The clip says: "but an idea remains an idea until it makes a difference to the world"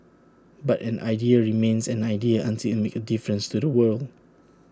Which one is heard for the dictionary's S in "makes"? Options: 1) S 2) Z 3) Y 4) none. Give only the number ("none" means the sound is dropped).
4